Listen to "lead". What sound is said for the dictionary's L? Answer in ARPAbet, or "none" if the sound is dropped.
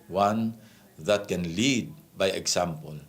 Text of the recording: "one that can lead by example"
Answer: L